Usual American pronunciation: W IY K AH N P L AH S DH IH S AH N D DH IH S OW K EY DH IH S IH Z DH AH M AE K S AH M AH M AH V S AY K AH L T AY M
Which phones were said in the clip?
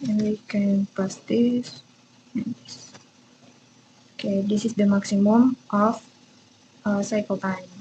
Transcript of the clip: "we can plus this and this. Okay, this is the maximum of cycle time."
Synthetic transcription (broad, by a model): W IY K AH N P AH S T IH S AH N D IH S OW K EY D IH S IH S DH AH M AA K S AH M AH M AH F S AY K AH L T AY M